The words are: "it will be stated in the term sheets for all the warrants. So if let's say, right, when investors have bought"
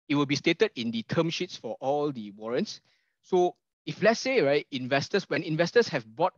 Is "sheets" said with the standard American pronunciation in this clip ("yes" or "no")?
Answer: yes